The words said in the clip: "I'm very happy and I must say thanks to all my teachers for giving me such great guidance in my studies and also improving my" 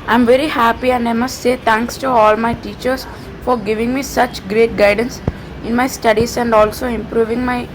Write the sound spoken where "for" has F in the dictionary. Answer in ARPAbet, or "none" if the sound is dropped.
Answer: F